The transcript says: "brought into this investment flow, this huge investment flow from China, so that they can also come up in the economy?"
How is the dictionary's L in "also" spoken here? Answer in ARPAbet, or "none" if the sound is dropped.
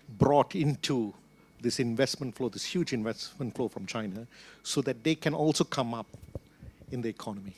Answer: L